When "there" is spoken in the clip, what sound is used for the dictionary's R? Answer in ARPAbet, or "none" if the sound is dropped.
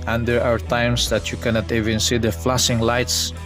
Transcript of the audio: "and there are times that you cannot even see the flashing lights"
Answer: W